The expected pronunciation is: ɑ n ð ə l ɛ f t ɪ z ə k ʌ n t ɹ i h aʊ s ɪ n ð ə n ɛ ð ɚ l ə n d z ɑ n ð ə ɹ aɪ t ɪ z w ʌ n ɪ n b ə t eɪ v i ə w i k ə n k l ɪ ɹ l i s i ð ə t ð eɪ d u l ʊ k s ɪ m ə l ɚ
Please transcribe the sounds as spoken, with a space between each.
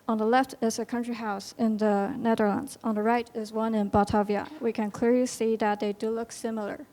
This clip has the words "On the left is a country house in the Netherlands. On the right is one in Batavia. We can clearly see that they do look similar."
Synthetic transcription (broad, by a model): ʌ n ð ə l ɛ f t ɪ z ə k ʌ n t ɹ i h aʊ s ɪ n ð ə n ɛ ð ɚ l ə n d z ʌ n ð ə ɹ aɪ t ɪ z w ʌ n ɪ n b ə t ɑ v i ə w i k ə n k l ɪ ɹ l i s i ð ə t ð eɪ d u l ʊ k s ɪ m l ɚ